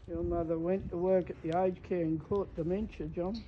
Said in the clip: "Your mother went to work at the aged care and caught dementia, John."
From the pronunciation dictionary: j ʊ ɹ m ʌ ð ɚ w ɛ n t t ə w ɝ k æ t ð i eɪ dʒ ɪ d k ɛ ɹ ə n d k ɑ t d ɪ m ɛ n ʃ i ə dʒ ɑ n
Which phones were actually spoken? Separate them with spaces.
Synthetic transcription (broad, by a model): j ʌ ɹ m ʌ ð ɚ w ɛ n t t ə w ɝ k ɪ t ð i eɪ ɪ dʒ k ɛ ɹ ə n k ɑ t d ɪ m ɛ n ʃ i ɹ dʒ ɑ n